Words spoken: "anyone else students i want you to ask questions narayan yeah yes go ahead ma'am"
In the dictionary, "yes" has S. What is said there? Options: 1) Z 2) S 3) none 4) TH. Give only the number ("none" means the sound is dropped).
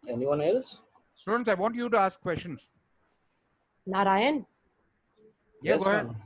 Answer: 3